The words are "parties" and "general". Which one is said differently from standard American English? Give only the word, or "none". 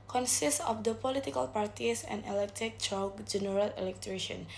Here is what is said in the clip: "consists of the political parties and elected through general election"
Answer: parties